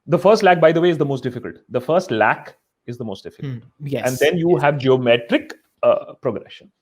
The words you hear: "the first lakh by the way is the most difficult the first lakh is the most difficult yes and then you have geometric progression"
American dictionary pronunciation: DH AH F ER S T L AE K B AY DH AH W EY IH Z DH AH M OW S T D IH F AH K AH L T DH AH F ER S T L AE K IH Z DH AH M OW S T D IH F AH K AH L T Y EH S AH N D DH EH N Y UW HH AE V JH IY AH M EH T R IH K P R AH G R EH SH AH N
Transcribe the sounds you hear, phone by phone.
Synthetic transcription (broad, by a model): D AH F ER S T L AE K B AY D AH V EY IH Z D AH M OW S T D IH F AH K AH L T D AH F ER S T L AE K IH Z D AH M OW S T D IH F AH K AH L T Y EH AH N D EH N Y UW HH AE V JH IY AH M EH T R IH K P R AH G R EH SH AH N